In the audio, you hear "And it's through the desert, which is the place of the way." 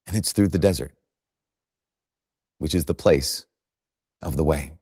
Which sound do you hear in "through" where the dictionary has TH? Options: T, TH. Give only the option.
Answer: TH